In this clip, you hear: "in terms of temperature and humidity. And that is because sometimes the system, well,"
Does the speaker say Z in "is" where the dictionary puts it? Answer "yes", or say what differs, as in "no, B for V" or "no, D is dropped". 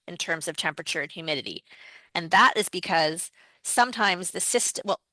yes